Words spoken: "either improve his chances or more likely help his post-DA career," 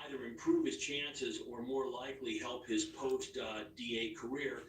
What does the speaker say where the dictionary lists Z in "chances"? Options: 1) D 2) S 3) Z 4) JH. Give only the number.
3